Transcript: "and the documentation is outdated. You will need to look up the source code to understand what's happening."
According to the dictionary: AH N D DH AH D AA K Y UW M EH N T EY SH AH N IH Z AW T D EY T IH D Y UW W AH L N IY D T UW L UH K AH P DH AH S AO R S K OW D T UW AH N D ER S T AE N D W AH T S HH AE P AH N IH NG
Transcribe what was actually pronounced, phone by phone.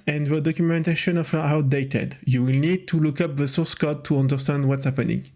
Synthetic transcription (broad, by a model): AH N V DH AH D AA K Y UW M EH N T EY SH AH N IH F AW T D EY T IH D Y UW W AH L N IY D T UW L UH K AH P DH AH S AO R S K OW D T UW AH N D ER S T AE N D W AH T S HH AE P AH N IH NG